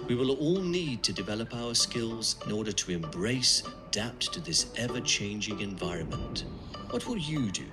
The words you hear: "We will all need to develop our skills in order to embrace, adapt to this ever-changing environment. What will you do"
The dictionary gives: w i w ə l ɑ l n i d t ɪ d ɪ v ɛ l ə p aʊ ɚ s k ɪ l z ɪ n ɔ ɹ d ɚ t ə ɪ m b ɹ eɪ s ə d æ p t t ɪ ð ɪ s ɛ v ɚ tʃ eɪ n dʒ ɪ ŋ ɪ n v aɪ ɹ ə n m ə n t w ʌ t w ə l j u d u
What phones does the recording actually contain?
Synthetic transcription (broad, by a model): w i w ə l ɑ l n i d t ɪ d ɪ v ɛ l ə p aʊ ɚ s k ɪ l z ɪ n ɔ ɹ d ɚ t ə ɪ m b ɹ eɪ s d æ p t t ɪ ð ɪ s ɛ v ɚ tʃ eɪ n dʒ ɪ ŋ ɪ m v aɪ ɹ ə n m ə n t w ʌ t w ə l j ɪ d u